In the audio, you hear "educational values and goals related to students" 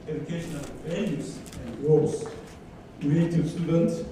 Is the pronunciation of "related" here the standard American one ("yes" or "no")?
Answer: no